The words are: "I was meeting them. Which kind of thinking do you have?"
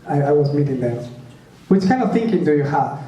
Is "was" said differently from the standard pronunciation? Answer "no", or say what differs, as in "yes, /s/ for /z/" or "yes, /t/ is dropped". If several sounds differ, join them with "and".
no